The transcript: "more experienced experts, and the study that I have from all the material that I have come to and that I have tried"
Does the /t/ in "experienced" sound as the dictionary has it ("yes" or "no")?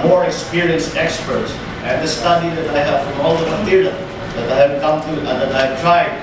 yes